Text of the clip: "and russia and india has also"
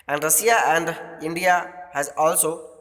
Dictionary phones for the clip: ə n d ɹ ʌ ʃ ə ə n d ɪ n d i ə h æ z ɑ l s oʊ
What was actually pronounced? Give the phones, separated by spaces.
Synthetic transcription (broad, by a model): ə n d ɹ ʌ s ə ə n d ɪ n d i ə h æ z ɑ l s oʊ